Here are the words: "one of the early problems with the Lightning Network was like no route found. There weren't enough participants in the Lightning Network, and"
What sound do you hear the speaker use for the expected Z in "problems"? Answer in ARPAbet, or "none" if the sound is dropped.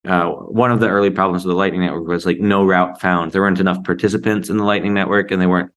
Z